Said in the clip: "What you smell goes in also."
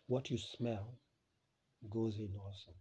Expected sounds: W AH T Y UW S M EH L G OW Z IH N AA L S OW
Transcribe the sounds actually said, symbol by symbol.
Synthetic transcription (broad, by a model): W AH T Y UW S M EH L G OW Z IH N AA S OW